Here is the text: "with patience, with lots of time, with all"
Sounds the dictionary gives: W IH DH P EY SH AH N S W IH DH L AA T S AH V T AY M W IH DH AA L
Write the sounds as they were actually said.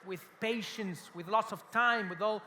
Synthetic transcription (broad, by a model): W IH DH P EY SH AH N S W IH DH L AA T S AH V T AY M W IH DH AA L